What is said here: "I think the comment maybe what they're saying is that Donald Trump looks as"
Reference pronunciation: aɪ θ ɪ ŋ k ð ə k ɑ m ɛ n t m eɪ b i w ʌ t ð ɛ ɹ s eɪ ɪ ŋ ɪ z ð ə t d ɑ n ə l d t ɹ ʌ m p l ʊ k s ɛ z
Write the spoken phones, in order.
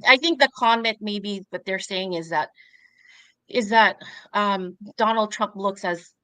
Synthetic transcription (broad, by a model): aɪ θ ɪ ŋ k ð ə k ɑ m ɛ n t m eɪ b i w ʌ t ð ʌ ɹ s eɪ ɪ ŋ ɪ z ð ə t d ɑ n l d t ɹ ʌ m p l ʊ k s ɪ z